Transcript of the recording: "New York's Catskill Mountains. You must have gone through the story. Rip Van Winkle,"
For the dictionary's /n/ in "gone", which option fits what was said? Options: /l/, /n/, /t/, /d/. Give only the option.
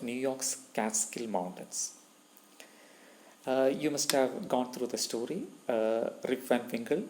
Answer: /n/